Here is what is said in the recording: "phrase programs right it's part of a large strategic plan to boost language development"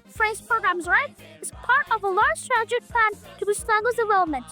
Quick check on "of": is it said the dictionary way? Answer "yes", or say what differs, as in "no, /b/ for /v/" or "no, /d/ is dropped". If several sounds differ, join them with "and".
yes